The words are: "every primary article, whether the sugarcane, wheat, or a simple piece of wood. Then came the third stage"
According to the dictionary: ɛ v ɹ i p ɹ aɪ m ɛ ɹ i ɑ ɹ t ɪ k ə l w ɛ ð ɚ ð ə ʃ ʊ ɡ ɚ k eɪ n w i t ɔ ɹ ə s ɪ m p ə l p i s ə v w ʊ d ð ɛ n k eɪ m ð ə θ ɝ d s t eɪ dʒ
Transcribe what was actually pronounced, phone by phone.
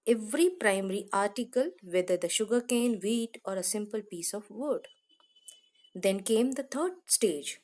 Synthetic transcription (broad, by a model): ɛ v ɹ i p ɹ aɪ m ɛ ɹ i ɑ ɹ t ɪ k ə l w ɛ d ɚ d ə ʃ ʊ ɡ ɚ k eɪ n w i t ɔ ɹ ə s ɪ m p ə l p i s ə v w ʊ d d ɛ n k eɪ m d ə t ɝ d s t eɪ dʒ